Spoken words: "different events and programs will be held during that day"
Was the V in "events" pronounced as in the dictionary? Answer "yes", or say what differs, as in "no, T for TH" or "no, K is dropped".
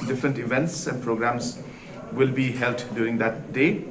yes